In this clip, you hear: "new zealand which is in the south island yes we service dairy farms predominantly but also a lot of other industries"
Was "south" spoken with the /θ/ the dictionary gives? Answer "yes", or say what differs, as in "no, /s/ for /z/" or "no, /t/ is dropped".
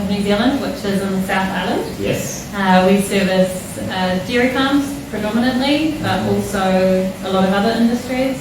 yes